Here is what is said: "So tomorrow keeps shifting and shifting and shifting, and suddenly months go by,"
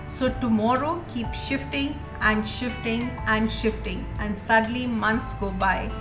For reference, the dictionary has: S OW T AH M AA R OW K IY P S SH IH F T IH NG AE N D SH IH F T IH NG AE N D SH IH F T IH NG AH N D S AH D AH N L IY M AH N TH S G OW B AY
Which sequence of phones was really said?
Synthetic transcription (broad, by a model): S OW T AH M AA R OW K IY P SH IH F T IH NG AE N D SH IH F T IH NG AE N D SH IH F T IH NG AH N D S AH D L IY M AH N T S G OW B AY